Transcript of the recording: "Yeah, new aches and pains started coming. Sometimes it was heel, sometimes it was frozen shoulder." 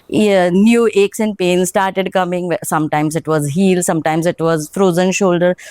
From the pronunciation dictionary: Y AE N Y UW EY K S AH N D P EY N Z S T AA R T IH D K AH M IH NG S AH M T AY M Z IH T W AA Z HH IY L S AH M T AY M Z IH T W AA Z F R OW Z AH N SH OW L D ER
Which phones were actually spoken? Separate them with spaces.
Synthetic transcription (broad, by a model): N Y UW EY K S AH N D P EY N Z S T AA R T IH D K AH M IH NG S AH M T AY M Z IH T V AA Z HH IY L S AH M T AY M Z IH T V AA Z F R OW Z AH N SH OW L D ER